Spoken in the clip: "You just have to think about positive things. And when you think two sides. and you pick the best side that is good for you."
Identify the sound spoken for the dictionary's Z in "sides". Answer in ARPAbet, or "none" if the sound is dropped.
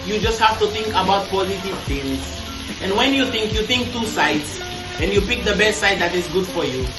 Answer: S